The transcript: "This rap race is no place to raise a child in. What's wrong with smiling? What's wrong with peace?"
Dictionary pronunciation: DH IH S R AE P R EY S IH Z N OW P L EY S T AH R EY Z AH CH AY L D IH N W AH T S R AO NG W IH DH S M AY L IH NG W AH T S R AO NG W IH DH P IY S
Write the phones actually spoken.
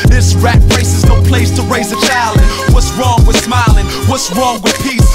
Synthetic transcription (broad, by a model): DH IH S R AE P R EY S IH Z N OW P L EY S T AH R EY Z AH CH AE L IH N W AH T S R AO NG W IH DH S M AY L IH NG W AH T S R AO NG W IH DH P IY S